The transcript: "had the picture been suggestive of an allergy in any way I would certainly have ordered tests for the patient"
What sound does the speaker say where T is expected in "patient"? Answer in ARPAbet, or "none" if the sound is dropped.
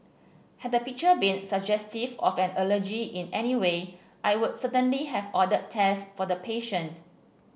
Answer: T